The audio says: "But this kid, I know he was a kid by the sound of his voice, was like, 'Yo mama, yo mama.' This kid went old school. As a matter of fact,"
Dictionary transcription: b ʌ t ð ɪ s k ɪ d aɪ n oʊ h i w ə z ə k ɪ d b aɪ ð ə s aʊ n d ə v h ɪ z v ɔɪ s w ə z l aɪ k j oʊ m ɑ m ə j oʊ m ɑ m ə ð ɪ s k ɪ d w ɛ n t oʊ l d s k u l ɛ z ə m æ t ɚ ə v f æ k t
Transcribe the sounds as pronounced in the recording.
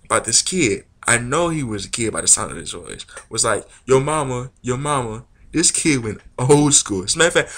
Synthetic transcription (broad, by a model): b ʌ t ð ɪ s k ɪ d aɪ n oʊ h i w ə z ə k ɪ d b aɪ ð ə s aʊ n d ə v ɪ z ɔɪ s w ə z l aɪ k j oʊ m ɑ m ə j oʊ m ɑ m ə ð ɪ s k ɪ d w ɛ n t oʊ l d s k u l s m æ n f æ